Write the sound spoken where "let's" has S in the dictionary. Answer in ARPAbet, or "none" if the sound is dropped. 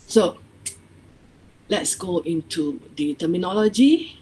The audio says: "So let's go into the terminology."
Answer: S